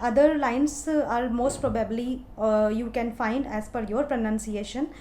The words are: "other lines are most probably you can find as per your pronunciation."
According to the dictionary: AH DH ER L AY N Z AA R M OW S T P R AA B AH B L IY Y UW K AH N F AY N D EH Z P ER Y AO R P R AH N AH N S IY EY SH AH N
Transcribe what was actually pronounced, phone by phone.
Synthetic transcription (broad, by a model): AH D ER L AY N S AA R M OW S T P R AA B AH B L IY Y UW K AH N F AY N D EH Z F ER Y AO R P R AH N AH N S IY EY SH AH N